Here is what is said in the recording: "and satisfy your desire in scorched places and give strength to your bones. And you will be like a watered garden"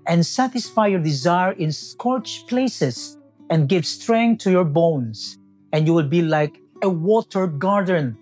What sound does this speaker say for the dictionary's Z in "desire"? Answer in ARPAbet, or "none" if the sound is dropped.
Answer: Z